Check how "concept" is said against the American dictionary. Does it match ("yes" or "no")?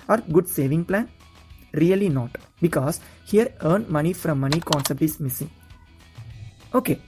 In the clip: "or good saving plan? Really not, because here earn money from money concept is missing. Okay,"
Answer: yes